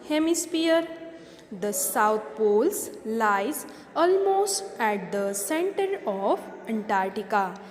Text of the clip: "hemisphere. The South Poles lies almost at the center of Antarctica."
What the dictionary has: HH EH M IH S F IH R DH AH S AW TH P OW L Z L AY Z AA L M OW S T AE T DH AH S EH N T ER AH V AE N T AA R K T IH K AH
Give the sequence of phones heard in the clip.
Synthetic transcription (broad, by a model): HH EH M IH S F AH R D AH S AW T P OW L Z L AY Z AA L M OW S T AE T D AH S EH N T ER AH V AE N T AA R T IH K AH